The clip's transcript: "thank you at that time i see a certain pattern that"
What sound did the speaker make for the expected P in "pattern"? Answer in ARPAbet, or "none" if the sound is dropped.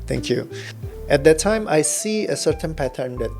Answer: P